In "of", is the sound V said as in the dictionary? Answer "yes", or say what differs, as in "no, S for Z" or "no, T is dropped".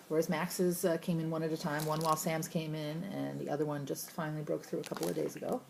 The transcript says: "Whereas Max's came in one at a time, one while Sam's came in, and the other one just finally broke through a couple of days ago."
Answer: yes